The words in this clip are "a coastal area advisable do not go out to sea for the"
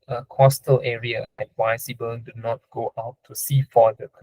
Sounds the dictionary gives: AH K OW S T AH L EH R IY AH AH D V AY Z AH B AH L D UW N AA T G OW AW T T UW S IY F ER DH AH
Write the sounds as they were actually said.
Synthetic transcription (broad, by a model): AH K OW S T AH L EH R IY AH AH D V AY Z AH B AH N D UW N AA T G OW AW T T UW S IY F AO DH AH